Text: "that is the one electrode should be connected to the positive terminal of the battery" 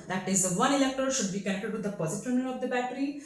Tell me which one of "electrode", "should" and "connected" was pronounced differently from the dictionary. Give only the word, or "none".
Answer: electrode